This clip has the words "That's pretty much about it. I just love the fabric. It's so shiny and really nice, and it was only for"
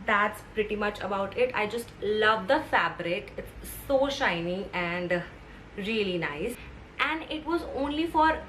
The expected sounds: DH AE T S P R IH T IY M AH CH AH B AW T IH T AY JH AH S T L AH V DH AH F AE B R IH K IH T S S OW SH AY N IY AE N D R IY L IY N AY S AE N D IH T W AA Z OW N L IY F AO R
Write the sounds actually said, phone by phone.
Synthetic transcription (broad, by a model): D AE T S P R IH T IY M AH CH AH B AW T IH T AY JH AH S T L AH V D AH F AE B R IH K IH T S S OW SH AY N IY AE N D R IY L IY N AY S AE N D IH T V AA Z OW N L IY F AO R